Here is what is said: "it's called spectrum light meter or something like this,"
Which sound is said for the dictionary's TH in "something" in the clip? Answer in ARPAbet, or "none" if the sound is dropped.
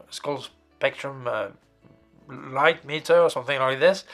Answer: TH